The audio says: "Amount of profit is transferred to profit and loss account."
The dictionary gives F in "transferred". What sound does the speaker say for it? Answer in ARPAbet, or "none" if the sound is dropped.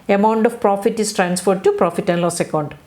F